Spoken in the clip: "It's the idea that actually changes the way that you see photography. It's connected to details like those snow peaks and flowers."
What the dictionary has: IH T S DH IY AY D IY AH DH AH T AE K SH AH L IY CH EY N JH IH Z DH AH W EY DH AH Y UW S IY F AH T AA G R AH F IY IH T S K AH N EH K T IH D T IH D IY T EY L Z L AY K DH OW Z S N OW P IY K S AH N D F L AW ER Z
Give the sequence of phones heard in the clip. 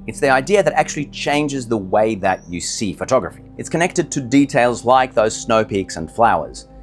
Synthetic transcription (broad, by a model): IH T S DH IY AY D IY AH DH AH T AE K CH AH L IY CH EY N JH IH Z DH AH W EY DH AH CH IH S IY F AH T AA G R AH F IY IH T S K AH N EH K T IH D T IH D IY T EY L Z L AY K DH OW Z S N OW P IY K S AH N F L AW ER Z